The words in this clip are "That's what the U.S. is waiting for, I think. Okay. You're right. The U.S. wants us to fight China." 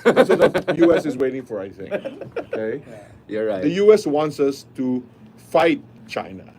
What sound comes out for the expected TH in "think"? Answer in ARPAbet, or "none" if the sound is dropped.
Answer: S